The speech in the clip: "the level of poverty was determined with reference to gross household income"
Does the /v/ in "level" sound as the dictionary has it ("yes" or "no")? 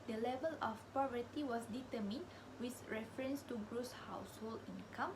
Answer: yes